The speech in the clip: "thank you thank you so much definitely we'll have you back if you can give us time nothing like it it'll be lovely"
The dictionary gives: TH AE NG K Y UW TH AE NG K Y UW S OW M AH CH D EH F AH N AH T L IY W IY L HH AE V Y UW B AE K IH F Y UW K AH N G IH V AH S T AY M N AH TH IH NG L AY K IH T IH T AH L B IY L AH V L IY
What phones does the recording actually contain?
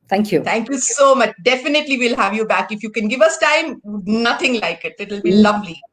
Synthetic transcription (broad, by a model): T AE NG K Y UW T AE NG K Y UW S OW M AH CH D EH F AH N AH T L IY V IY L HH AE V Y UW B AE K IH F Y UW K AH N G IH V AH S T AY M N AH T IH NG L AY K IH T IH T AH L B IY L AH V L IY